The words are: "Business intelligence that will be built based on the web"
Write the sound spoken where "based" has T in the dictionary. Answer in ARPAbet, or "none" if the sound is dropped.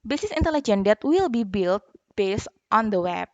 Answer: T